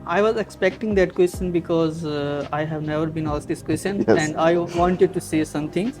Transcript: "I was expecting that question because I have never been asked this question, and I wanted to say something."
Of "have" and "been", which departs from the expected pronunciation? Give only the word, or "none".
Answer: none